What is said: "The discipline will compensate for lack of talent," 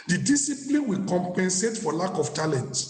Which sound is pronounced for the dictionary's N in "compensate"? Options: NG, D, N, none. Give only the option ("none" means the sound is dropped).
N